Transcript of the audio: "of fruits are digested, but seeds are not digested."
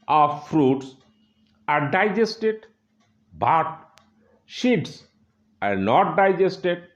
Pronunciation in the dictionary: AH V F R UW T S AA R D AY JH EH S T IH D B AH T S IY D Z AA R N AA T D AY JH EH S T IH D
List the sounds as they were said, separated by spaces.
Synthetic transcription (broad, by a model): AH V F R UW T S AA R D AY JH EH S T IH D B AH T SH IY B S AA R N AA T D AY JH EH S T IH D